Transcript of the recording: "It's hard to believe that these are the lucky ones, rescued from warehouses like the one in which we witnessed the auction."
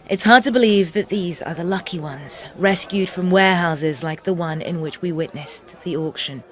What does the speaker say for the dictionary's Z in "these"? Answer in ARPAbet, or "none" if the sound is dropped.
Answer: Z